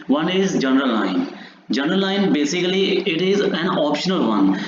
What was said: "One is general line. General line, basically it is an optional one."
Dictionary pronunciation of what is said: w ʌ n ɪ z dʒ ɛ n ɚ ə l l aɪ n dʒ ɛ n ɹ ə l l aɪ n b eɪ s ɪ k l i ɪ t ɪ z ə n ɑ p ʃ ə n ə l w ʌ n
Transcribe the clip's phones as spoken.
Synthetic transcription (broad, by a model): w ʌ n ɪ z dʒ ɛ n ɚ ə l l aɪ n dʒ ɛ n ɹ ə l l aɪ n b eɪ s ɪ k l i ɪ t ɪ z ə n ɑ p ʃ ə n ə l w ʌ n